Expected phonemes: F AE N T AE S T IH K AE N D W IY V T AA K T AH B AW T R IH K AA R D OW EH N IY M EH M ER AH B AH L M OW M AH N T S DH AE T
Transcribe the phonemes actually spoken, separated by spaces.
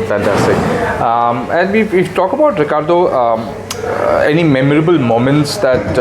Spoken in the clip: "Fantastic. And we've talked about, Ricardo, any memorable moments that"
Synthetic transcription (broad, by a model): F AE N T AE S T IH K AE N D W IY F T AA K AH B AW T R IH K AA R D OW EH N IY M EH M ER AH B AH L M OW M AH N T S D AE T